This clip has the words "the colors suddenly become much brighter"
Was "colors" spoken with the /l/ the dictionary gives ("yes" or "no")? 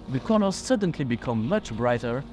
no